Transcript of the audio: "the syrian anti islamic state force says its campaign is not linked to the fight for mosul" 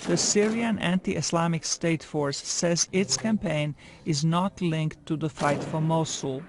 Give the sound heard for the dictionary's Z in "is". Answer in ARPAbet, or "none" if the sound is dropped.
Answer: Z